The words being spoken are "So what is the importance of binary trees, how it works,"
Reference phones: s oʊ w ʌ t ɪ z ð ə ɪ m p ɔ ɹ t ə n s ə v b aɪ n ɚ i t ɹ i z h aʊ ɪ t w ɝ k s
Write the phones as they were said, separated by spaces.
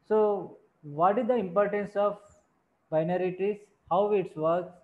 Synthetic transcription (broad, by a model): s oʊ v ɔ t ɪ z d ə ɪ m p ɔ ɹ t ə n s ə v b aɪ n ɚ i t i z h aʊ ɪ t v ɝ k s